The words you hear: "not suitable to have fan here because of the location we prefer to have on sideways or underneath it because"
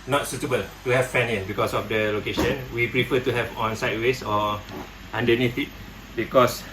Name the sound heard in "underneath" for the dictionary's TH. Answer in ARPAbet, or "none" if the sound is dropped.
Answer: T